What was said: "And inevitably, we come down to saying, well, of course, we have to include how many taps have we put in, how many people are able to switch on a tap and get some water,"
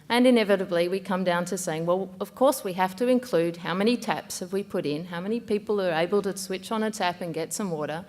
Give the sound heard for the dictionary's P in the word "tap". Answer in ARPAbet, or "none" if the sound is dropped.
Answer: P